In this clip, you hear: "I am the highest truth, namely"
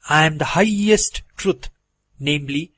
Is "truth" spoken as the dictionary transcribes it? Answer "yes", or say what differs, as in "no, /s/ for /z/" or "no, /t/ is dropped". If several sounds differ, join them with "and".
no, /t/ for /θ/